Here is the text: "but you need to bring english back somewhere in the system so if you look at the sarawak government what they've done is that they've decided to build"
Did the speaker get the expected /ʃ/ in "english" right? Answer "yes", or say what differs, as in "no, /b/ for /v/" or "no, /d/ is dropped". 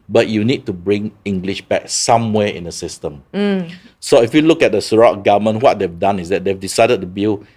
yes